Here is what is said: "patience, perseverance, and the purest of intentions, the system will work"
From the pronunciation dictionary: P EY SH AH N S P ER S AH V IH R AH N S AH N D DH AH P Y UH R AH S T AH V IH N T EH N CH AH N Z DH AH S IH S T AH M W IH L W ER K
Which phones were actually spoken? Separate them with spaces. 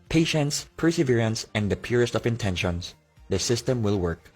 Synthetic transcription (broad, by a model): P EY SH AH N S P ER S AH V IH R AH N S AH N D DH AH P Y UH R AH S T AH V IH N T EH N SH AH N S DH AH S IH S T AH M W IH L W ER K